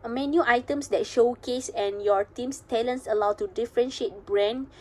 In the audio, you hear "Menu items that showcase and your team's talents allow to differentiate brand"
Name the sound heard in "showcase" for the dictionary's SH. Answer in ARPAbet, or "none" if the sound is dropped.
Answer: SH